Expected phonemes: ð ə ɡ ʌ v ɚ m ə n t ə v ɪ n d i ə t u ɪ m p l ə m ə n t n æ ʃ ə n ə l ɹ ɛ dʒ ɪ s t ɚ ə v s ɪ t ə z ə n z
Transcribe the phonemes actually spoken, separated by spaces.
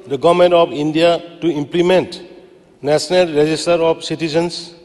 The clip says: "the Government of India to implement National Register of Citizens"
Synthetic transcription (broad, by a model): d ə ɡ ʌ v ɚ m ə n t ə p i n d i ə t u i m p l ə m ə n t n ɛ s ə n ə l ɹ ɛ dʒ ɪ s t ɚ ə p s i t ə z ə n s